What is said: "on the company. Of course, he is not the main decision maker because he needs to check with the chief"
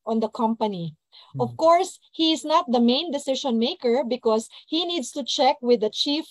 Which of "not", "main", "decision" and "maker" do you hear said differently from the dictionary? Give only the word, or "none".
decision